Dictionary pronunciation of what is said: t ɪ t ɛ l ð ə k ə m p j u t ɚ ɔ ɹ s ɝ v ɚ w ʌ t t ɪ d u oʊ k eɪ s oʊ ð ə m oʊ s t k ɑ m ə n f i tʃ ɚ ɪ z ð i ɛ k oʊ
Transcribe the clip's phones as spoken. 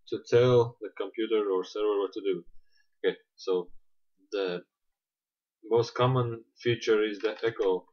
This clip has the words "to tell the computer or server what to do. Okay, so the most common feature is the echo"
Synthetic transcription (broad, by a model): t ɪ t ɛ l ð ə k ə m p j u t ɚ ɔ ɹ s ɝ w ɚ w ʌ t t ɪ d u oʊ k eɪ s oʊ ð ə m oʊ s t k ɑ m ə n f i tʃ ɚ ɪ z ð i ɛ k oʊ